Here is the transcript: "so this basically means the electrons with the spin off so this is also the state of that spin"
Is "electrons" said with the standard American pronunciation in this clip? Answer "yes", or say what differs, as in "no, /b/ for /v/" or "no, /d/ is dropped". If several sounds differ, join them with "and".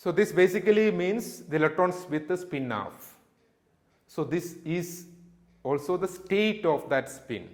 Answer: no, /k/ is dropped and /ɹ/ is dropped